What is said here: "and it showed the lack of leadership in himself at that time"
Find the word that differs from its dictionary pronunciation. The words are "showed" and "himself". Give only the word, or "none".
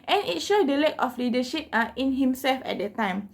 none